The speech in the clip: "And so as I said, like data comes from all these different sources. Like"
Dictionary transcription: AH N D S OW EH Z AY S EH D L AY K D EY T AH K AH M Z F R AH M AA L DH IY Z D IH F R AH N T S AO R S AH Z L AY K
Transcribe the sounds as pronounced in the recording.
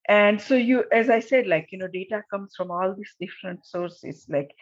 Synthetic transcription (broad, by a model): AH N D S OW EH Z AY S EH D L AY K D EY T AH K AH M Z F R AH M AA L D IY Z D IH F R AH N T S AO R S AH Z L AY K